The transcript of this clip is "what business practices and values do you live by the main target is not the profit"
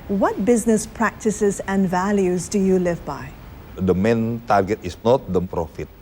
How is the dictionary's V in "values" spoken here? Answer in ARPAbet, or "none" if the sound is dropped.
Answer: V